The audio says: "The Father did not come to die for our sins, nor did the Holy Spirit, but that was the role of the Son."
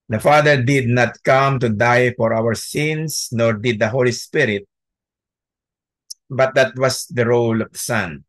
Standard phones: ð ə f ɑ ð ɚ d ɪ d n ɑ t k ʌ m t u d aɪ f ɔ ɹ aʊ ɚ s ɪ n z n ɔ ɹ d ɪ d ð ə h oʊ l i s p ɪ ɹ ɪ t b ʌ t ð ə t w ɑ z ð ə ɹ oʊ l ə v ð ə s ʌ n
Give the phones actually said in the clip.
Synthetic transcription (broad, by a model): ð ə f ɑ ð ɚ d ɪ d n ɑ t k ʌ m t u d aɪ f ɔ ɹ aʊ ɚ s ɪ n s n ɔ ɹ d ɪ d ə h oʊ l i s p ɪ ɹ ɪ t b ʌ t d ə t w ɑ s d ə ɹ oʊ l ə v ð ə s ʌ n